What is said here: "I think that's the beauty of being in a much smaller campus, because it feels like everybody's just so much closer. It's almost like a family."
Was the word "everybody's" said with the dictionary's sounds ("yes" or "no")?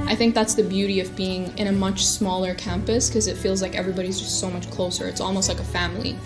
yes